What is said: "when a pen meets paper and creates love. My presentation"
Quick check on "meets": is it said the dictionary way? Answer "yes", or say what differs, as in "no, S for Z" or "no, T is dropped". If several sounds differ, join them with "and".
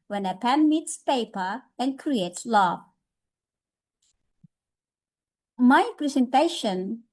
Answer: yes